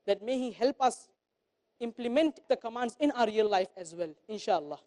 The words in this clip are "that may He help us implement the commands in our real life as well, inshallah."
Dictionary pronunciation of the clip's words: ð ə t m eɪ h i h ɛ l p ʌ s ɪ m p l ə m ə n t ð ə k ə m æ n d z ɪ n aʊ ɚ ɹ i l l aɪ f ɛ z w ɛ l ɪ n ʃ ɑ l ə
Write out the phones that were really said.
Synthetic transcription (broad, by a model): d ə t m eɪ h i h ɛ l p ʌ s ɪ m p l ə m ə n t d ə k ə m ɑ n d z ɪ n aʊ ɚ ɹ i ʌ l aɪ f ɛ z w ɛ l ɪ n ʃ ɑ l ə